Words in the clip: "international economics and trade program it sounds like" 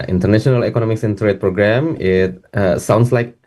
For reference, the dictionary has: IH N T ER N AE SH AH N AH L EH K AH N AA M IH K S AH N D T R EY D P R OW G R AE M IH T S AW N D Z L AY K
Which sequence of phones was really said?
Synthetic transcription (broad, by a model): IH N T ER N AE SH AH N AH L EH K AH N AA M IH K S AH N T R EY D P R OW G R AE M IH T S AW N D S L AY K